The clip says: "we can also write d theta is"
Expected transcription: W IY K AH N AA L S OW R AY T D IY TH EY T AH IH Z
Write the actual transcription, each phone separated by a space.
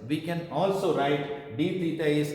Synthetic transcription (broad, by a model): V IY K AH N AA L S OW R AY T D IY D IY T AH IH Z